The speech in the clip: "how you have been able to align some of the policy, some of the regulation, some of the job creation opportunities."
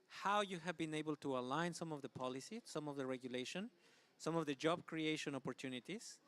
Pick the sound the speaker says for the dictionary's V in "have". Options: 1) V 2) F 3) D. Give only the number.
1